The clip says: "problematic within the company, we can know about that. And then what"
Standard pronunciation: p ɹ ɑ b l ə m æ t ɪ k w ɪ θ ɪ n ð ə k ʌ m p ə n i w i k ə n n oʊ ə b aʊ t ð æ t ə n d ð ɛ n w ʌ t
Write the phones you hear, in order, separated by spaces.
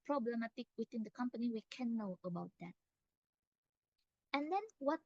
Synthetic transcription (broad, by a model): p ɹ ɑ b l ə m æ t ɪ k w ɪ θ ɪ n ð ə k ʌ m p ə n i w i k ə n n oʊ ə b aʊ t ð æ t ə n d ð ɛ n w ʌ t